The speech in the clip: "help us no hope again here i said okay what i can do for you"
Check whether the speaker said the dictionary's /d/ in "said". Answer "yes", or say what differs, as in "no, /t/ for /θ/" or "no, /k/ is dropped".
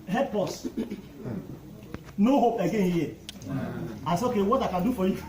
no, /d/ is dropped